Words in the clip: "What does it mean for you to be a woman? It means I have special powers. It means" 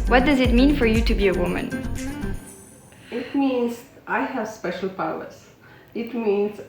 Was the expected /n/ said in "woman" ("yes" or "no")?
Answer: yes